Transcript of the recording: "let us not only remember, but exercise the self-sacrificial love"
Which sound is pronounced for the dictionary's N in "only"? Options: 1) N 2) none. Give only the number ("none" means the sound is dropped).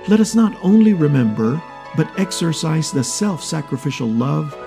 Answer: 1